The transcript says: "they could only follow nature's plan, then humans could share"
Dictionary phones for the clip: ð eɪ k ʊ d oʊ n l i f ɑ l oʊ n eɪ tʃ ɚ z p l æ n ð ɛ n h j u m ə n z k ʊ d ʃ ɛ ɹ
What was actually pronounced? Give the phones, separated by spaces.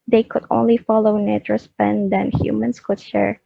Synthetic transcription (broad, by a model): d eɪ k ʊ d oʊ n l i f ɑ l oʊ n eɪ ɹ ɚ s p ɛ n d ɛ n h j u m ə n s k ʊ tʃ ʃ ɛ ɹ